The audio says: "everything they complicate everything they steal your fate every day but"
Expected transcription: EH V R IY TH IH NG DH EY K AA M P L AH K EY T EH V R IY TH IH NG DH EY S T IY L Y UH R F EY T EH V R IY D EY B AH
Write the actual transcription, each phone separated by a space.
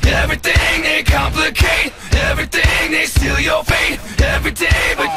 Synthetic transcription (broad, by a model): EH V R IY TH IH NG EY K AA M P L AH K EY T EH V R IY TH IH NG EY S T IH L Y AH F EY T EH V R IY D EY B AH